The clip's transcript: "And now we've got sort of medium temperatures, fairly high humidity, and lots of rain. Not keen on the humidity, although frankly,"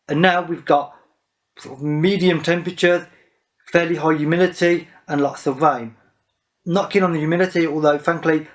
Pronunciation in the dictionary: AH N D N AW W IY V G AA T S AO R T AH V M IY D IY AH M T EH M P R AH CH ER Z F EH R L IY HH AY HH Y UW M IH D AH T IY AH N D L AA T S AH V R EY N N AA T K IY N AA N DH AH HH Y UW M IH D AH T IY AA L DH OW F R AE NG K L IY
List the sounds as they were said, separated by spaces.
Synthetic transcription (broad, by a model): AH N N AW W IY V G AA T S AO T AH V M IY D IY AH M T EH M P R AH CH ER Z F EH L IY HH AY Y UW M IH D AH T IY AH N L AA T S AH V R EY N N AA K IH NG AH N DH AH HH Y UW M IH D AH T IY AA L DH OW F R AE NG K L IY